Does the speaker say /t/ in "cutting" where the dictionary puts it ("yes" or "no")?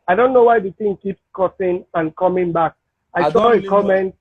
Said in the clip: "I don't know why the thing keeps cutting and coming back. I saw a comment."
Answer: no